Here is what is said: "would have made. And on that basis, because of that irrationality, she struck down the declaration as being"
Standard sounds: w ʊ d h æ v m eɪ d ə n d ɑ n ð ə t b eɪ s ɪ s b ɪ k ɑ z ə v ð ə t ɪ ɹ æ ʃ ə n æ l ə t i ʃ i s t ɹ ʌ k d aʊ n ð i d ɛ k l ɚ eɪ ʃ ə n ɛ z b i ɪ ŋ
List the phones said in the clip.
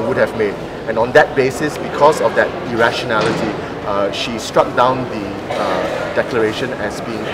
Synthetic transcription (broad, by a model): w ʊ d h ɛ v m eɪ d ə n ɑ n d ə t b eɪ s ɪ s b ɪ k ɑ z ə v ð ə t ɪ ɹ æ ʃ ə n æ l ə t i ʃ i s t ɹ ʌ k d aʊ n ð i d ɛ k l ɚ eɪ ʃ ə n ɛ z b i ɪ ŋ